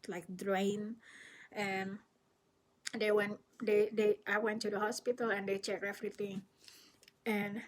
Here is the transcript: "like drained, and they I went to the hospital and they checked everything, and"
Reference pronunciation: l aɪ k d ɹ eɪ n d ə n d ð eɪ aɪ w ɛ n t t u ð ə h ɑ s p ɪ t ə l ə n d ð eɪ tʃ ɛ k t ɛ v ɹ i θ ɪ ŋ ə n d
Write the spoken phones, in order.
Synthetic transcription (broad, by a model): l aɪ k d ɹ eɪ n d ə n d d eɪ aɪ w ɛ n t t u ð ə h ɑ s p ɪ t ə l ə n d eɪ tʃ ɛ k ɛ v ɹ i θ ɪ ŋ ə n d